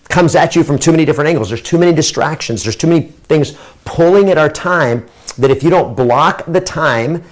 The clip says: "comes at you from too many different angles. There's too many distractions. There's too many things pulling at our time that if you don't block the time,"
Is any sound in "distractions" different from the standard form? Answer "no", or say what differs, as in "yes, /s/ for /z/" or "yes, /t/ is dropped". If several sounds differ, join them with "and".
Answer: no